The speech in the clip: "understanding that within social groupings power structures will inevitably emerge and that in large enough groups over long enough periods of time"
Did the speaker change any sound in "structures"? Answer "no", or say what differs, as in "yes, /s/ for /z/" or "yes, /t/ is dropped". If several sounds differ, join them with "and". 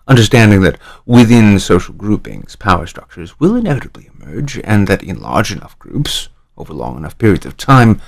no